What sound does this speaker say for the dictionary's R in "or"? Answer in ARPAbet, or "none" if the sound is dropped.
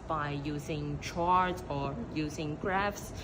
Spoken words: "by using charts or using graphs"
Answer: R